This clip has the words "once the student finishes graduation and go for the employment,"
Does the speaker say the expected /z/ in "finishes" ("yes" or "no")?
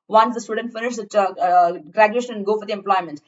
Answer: no